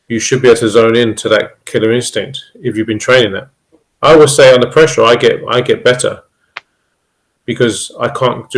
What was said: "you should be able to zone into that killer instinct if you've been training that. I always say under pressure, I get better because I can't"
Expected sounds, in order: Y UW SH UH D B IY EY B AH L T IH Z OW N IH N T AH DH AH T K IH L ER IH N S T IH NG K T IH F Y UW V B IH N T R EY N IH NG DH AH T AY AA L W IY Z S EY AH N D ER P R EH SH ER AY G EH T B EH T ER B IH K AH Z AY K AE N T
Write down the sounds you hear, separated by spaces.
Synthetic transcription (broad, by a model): Y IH SH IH D B IY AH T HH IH Z OW N IH N T AH DH AH T K IH L ER IH N S T IH NG K T IH F Y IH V B IH N T R EY N IH NG DH AH T AY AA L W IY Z S EY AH N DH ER P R EH SH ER AY G EH T B EH T ER B IH K AH Z AY K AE N